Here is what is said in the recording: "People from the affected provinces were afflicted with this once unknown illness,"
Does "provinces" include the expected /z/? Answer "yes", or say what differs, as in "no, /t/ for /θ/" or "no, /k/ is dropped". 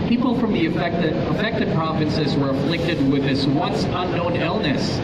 yes